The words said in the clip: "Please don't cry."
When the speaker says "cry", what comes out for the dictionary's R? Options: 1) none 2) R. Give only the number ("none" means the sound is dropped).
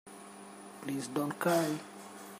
1